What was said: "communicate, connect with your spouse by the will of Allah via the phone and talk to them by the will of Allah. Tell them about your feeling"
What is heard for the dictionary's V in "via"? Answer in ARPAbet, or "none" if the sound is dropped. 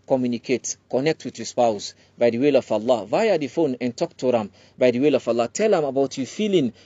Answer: V